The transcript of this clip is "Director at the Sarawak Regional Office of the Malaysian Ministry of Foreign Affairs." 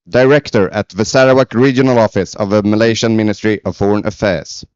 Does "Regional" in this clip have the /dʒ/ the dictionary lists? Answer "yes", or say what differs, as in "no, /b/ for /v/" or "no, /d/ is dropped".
yes